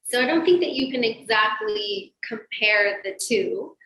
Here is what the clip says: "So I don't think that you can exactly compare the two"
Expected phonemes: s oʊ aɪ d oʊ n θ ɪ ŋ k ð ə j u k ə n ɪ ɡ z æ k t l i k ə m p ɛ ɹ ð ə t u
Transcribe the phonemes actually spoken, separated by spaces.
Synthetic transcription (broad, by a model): s oʊ aɪ d oʊ n θ ɪ ŋ k ð ə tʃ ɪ k ə n ɪ ɡ z æ k t l i k ə m p ɛ ɹ ð ə t u